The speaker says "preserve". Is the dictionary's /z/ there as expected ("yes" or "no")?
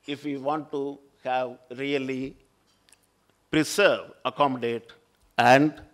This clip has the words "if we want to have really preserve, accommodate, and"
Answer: no